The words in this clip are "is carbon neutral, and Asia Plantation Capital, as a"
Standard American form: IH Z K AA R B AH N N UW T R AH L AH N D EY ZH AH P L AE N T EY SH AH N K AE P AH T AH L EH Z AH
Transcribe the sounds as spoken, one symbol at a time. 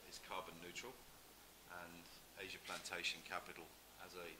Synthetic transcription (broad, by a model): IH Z K AA B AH N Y UW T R AH L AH N EY ZH AH P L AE N T EY SH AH N K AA P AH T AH L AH Z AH